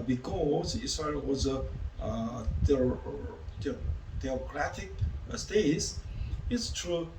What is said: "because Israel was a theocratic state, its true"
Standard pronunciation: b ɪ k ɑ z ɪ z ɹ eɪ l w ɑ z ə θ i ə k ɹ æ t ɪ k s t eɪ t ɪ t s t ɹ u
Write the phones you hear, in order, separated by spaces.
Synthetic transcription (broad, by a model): b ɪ k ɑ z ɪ s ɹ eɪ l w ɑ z ə t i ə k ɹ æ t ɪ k s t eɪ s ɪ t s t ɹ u